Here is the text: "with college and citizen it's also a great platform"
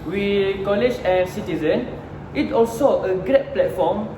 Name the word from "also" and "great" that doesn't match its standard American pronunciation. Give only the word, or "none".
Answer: none